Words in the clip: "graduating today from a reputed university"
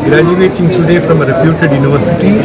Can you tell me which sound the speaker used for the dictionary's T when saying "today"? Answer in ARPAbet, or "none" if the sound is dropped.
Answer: S